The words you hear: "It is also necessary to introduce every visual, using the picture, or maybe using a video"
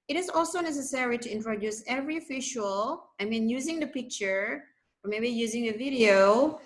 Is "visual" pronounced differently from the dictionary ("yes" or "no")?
yes